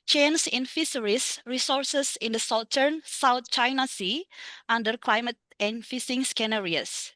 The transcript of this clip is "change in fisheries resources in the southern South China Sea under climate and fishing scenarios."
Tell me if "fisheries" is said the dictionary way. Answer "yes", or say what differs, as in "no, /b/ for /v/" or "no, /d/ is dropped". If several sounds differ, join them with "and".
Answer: no, /s/ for /ʃ/ and /s/ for /z/